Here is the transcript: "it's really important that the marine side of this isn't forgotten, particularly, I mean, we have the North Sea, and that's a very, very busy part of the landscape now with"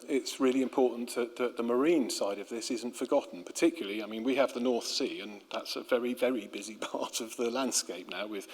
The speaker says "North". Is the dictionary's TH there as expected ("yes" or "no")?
yes